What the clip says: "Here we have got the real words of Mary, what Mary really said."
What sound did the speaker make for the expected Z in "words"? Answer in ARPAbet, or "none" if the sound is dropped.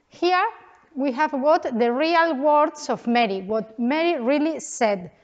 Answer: S